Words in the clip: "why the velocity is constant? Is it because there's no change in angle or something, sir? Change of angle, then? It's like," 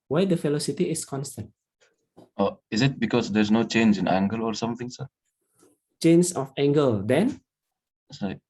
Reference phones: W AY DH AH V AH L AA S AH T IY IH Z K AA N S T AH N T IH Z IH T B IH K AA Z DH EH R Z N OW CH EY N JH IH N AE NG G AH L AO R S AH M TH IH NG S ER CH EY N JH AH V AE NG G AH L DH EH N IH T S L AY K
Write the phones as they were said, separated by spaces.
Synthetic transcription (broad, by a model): W AY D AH F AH L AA S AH T IY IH S K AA N S T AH N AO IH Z IH T B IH K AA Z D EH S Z N OW CH EY N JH IH N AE NG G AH L AO R S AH M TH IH NG S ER CH EY N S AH F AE NG G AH L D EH N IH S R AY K